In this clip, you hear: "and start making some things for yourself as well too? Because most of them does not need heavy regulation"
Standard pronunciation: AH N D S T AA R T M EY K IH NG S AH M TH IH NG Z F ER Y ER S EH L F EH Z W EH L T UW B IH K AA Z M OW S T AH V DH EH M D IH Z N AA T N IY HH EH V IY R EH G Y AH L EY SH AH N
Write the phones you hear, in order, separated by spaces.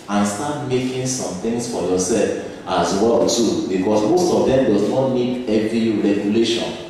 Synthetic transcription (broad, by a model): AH N S T AA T M EY K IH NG S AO M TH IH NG S F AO Y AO S EH L F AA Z W EH L T UW B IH K AA S M OW S T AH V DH EH M D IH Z N AA T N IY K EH V IY R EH G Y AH L EY SH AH N